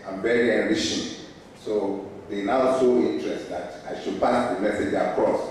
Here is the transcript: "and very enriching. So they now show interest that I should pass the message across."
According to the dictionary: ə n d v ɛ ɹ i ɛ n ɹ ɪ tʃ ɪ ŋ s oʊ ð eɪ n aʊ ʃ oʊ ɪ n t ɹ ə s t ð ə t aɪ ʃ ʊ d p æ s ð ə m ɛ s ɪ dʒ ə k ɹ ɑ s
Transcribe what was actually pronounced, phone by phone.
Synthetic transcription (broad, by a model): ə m v ɛ ɹ i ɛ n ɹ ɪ ʃ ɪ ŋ s oʊ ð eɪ n aʊ s oʊ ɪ n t ɹ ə s t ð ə t aɪ ʃ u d p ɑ s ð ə m ɛ s ɪ dʒ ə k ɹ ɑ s